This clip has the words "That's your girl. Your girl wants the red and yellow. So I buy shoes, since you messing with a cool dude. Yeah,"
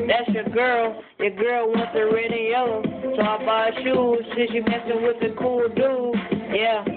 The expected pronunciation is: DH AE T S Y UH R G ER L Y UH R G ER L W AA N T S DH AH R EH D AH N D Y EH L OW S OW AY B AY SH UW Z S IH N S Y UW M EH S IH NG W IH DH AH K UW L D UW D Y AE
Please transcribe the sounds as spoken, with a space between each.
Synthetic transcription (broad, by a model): DH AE T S Y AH R G ER L Y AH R G ER L W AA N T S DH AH R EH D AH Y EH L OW S OW AY B AY SH UW Z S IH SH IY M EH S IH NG W IH DH AH K UW L D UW Y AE